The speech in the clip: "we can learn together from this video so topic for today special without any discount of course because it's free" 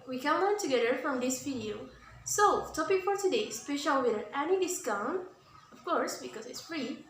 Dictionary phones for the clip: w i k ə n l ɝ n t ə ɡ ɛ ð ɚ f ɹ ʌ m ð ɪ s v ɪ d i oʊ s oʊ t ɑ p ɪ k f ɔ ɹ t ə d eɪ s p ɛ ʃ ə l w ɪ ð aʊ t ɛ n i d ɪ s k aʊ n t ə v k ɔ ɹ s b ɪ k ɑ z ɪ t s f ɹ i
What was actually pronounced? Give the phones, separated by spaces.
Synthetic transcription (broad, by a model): w i k ə n l ɝ n t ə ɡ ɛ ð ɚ f ɹ ʌ m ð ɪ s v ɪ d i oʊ s oʊ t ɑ p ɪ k f ɔ ɹ t ə d eɪ s p ɛ ʃ ə l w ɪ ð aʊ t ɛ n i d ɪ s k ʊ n ə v k ɔ ɹ s b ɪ k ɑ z ɪ t s f ɹ i